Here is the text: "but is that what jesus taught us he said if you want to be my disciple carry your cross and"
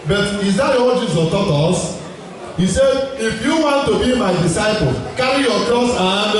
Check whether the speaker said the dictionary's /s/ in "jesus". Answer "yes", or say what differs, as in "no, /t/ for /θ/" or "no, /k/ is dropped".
no, /s/ is dropped